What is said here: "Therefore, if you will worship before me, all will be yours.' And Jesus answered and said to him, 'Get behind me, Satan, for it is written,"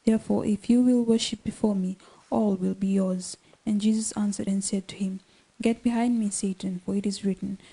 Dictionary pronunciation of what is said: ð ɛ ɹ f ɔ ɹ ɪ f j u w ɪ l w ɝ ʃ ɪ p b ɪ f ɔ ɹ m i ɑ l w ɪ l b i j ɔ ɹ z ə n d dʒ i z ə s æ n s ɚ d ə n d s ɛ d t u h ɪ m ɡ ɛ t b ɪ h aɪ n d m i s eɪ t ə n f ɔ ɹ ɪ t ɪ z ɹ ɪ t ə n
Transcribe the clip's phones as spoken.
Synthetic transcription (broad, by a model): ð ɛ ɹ f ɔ ɹ ɪ f j u w ɪ l w ɝ ʃ ɪ p b ɪ f ɔ ɹ m i ɑ l w ɪ l b i j ɔ ɹ z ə n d dʒ i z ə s æ n s ɚ d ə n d s ɛ d t u h ɪ m ɡ ɛ t b ɪ h aɪ n d m i s eɪ t ə n f ɔ ɹ ɪ t ɪ z ɹ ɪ t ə n